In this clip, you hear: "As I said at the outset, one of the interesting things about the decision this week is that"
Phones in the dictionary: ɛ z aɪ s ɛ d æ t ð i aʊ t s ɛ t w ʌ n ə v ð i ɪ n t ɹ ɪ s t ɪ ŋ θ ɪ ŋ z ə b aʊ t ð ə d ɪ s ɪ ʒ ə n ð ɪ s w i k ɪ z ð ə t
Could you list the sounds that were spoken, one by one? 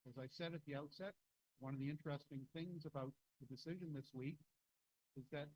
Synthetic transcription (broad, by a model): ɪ z aɪ s ɛ d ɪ t ð i aʊ t s ɛ t w ʌ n ə v ð i ɪ n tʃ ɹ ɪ s t ɪ ŋ θ ɪ ŋ z ə b aʊ t ð ə d ɪ s ɪ ʒ ə n ð ɪ s w i k ɪ z ð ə t